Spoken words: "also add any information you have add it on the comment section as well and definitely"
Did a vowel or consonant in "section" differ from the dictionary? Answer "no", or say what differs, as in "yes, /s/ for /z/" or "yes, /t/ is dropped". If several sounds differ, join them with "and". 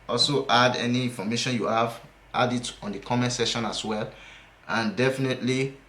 yes, /k/ is dropped